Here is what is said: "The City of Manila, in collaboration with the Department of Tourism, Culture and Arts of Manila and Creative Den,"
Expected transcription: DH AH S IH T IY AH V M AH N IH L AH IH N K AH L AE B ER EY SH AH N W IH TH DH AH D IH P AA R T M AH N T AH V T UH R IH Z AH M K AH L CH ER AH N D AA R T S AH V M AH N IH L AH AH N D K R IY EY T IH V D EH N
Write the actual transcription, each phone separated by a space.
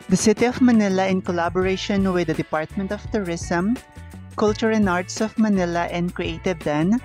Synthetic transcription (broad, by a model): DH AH S IH T IY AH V M AH N IH L AH IH N K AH L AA B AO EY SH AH N W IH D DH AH D IH P AA R T M AH N T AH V T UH R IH S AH M K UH L CH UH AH N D AA R T S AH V M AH N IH L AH AH N D K R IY EY T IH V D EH N